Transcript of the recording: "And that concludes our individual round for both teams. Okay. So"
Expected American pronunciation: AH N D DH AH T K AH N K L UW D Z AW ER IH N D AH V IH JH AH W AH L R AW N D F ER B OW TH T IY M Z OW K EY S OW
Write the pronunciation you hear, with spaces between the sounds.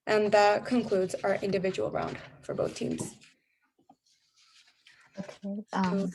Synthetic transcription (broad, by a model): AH N DH AH T K AH N K L UW D Z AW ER IH N D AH V IH JH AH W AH L R AW N D F ER B OW TH T IY M Z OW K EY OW